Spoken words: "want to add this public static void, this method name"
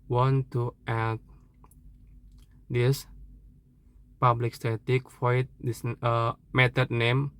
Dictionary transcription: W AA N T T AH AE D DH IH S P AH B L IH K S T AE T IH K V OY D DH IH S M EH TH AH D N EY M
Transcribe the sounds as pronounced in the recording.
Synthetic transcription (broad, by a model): W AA N T T AH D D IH S P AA B L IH K S T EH T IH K F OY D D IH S M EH T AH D N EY M